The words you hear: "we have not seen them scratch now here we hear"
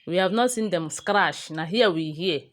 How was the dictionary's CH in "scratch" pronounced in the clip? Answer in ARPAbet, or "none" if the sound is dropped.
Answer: SH